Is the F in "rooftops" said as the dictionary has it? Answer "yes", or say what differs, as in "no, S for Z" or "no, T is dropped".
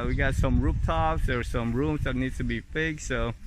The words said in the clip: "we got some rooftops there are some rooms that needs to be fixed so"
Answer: no, P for F